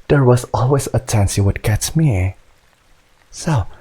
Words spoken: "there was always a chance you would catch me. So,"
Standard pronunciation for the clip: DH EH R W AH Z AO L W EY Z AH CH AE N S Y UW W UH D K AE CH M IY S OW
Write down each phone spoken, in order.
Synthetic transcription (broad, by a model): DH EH R W AH Z AO L W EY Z AH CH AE N S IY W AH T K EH S M IY S OW